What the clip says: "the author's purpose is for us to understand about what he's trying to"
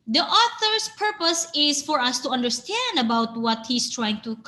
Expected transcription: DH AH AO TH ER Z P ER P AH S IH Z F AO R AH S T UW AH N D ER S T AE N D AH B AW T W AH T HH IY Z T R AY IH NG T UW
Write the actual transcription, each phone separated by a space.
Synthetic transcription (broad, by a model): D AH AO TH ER S P ER P AH S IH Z F AO R AH S T UW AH N D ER S T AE N D AH B AW T W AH T HH IY S T R AY IH NG T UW